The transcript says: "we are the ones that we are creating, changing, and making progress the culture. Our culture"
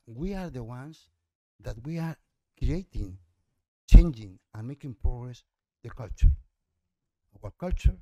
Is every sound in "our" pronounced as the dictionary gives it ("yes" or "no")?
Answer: no